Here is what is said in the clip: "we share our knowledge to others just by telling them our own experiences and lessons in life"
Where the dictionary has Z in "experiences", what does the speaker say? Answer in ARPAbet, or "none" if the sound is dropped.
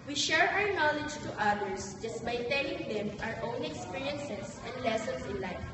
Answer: S